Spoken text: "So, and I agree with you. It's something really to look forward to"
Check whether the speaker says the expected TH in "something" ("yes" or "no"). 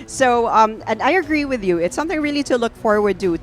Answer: yes